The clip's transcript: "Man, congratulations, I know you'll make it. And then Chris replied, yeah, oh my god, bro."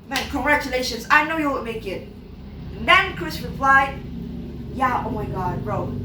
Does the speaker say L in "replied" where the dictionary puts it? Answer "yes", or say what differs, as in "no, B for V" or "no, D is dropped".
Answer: yes